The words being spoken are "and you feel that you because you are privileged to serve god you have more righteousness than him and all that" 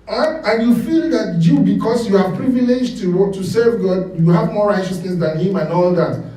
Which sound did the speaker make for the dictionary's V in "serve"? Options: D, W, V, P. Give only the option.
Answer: V